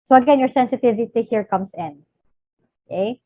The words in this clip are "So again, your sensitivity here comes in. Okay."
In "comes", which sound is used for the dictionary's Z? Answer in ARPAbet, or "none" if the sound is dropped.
S